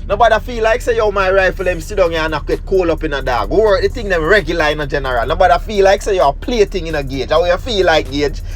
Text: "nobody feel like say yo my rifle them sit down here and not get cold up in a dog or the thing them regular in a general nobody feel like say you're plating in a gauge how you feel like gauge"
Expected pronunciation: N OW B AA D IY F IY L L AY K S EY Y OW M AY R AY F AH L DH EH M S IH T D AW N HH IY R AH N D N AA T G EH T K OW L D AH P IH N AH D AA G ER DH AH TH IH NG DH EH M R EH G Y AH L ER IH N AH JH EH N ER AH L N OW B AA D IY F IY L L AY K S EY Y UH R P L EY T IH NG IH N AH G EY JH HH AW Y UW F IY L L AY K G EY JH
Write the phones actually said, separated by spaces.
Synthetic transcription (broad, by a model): N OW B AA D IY F IY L L AY K S EY Y OW M AY R AY F AH L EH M S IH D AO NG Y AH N N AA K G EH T K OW L AH P IH N AH D AA G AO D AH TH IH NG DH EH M R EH G Y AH L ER IH N AH JH EH N ER AH L N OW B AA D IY F IY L L AY K S EY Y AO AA P L EY T IH NG IH N AH G EY JH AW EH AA F IY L L AY K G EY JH